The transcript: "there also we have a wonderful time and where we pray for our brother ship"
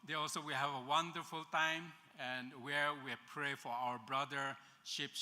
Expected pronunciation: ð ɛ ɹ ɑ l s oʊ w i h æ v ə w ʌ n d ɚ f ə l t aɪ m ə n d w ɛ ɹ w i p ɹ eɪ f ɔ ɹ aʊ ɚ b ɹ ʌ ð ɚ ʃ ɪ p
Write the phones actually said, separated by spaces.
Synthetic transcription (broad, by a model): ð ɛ ɑ l s oʊ w i h æ v ə w ʌ n d ɚ f ə l t aɪ m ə n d w ɛ ɹ w i p ɹ eɪ f ɔ ɹ aʊ ɚ b ɹ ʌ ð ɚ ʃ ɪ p